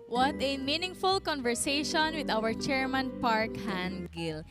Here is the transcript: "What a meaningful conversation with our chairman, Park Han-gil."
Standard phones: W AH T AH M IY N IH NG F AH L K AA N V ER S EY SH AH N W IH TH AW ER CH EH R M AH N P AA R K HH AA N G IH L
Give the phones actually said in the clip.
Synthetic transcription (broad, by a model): W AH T AH M IY N IH NG F AH L K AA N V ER S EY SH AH N W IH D AW ER CH EH R M AH N P AA R K HH AA N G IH L